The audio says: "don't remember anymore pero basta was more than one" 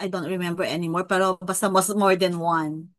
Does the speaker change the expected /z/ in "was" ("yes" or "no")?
yes